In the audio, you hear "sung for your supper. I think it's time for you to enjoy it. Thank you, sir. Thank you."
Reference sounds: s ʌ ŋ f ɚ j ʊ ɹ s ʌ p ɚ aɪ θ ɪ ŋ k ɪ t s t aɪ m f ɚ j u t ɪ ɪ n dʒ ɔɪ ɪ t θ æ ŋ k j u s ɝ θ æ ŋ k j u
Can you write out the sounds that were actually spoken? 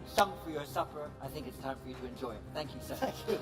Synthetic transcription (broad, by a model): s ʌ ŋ f ɚ j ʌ ɹ s ʌ p ɚ aɪ θ ɪ ŋ k ɪ t s t aɪ m f ɚ j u t ɪ ɪ n dʒ ɔɪ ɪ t θ æ ŋ k j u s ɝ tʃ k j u